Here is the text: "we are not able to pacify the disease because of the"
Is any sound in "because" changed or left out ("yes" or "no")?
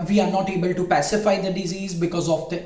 no